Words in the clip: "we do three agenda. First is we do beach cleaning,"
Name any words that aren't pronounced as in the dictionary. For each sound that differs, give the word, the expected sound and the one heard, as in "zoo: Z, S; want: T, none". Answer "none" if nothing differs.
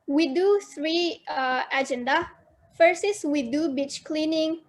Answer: first: T, none; is: Z, S